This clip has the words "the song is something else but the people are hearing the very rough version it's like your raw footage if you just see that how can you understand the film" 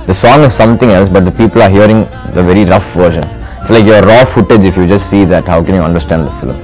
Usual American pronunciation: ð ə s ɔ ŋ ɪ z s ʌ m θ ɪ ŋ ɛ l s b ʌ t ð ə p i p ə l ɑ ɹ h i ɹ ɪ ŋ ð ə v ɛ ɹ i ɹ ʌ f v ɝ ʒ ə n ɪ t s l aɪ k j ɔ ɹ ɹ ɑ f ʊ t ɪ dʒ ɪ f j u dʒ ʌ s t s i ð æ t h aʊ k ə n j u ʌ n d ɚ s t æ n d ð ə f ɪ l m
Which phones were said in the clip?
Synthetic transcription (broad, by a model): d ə s ɔ ŋ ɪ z s ʌ m t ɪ ŋ ɛ l s b ʌ t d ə p i p ə l ɑ ɹ h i ɹ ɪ ŋ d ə v ɛ ɹ i ɹ ʌ f v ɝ ʃ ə n ɪ t s l aɪ k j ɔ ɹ ɹ ɑ f ʊ t ɪ dʒ ɪ f j u dʒ ʌ s t s i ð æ t h aʊ k ə n j u ʌ n d ɚ s t æ n d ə f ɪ l m